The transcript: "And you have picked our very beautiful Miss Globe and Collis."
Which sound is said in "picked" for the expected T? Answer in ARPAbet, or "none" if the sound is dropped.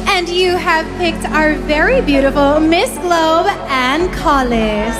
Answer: T